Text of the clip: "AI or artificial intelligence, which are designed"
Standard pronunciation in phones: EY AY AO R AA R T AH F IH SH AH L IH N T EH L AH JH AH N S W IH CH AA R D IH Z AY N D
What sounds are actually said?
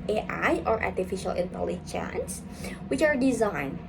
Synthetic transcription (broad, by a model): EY AY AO R AA R T AH F IH SH AH L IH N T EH L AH CH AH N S W IH CH AA R D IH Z AY N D